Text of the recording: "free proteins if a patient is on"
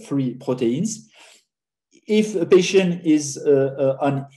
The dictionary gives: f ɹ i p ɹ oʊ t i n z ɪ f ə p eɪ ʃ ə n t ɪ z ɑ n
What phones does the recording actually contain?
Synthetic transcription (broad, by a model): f ɹ i p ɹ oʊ t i n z ɪ f ə p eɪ ʃ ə n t ɪ z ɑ n